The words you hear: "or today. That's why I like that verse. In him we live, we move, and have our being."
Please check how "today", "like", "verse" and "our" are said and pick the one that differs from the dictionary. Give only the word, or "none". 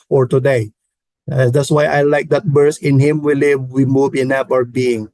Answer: verse